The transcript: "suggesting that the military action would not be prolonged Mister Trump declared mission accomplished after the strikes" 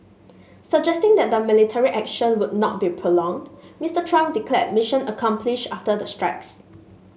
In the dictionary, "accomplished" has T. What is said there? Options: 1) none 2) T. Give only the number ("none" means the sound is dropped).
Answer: 1